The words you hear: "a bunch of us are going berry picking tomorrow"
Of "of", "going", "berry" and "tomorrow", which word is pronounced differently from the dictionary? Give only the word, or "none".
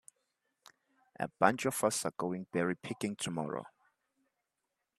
of